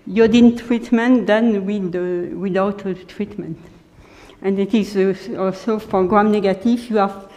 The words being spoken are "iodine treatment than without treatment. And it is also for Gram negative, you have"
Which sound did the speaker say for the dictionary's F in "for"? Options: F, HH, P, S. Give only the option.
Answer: P